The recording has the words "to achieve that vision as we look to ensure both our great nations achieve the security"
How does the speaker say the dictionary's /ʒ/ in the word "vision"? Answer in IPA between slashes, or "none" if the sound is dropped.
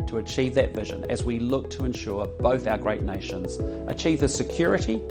/ʒ/